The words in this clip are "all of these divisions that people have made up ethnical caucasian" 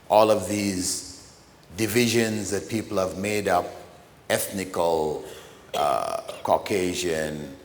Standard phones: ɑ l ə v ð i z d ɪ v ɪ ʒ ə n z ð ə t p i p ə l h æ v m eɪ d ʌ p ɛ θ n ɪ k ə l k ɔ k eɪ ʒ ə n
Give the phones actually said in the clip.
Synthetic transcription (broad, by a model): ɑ l ə v ð i z d ɪ v ɪ ʒ ə n z ð ə t p i p ə l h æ v m eɪ d ʌ p ɛ θ n ɪ k ə l k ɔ k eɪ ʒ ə n